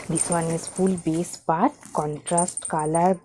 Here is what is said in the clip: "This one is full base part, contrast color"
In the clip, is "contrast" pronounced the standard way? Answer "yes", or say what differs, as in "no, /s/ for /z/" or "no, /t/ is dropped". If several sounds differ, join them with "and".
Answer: yes